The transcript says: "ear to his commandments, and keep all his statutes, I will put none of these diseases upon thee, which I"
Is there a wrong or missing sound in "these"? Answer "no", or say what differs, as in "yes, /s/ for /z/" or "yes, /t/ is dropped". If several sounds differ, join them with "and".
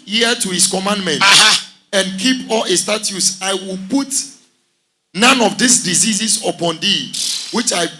yes, /s/ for /z/